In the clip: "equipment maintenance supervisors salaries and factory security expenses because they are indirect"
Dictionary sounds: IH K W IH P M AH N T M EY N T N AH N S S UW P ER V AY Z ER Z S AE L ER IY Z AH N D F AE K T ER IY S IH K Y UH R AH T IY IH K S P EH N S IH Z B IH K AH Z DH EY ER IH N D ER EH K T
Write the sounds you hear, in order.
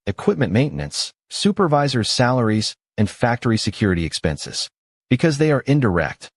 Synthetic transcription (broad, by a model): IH K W IH P M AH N M EY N N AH N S S UW P ER V AY Z ER Z S AE L ER IY Z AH N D F AE K T ER IY S IH K Y UH R AH T IY IH K S P EH N S IH Z B IH K AH Z DH EY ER IH N D ER EH K T